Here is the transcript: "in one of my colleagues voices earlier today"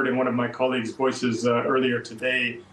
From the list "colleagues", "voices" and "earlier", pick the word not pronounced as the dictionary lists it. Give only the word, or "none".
none